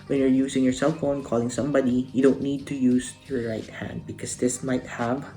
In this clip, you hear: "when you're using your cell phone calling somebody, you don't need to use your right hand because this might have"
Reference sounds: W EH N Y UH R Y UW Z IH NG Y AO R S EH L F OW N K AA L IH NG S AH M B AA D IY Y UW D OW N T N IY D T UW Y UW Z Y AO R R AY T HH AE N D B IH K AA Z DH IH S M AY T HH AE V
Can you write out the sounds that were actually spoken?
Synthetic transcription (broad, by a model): W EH N Y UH R Y UW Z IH NG Y AO R S EH L F OW N K AA L IH NG S AH M B AA D IY Y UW D OW N T N IY D T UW Y UW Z Y AO R R AY T HH AE N D B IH K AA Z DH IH S M AY T HH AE V